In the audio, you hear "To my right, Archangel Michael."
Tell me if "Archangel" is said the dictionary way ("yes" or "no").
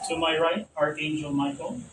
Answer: no